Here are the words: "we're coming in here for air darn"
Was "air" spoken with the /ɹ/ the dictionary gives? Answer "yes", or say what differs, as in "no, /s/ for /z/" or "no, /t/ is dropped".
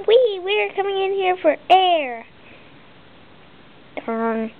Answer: yes